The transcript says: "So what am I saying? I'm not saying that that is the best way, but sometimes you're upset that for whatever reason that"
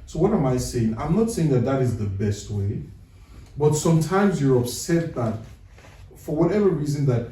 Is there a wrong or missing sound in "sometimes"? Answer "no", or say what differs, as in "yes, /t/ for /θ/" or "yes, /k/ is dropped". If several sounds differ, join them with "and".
no